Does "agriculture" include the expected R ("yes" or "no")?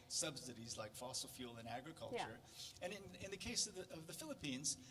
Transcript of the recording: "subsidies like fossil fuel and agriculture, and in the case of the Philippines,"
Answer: yes